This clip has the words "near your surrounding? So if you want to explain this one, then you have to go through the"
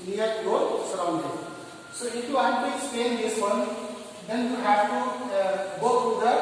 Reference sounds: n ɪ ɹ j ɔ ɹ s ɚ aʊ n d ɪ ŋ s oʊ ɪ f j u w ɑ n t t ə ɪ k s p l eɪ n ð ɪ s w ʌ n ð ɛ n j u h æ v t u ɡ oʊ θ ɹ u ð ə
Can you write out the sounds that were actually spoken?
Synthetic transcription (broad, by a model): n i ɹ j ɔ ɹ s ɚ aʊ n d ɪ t s oʊ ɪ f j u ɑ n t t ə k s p eɪ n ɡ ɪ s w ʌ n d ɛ n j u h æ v t u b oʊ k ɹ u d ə